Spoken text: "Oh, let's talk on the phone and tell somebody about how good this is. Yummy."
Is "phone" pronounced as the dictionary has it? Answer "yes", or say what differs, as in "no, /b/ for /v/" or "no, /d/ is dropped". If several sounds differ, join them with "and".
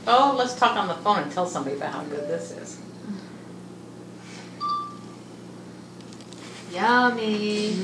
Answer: no, /n/ is dropped